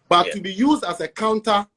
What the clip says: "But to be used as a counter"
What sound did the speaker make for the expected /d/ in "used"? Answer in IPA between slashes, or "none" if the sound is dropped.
/d/